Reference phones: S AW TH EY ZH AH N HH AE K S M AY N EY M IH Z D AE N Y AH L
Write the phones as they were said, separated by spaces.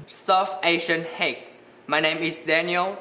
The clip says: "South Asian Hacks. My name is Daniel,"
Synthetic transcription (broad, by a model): S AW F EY SH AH N HH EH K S M AY N EY M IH S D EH N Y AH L